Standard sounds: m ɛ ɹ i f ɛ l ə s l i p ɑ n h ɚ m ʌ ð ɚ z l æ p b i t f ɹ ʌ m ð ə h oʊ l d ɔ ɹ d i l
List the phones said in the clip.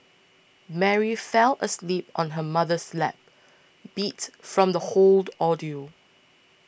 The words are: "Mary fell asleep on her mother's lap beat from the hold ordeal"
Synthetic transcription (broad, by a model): m ɛ ɹ i f ɛ l ə s l i p ɑ n h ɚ m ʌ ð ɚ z l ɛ p b i t f ɹ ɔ m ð ə h oʊ l d ɔ d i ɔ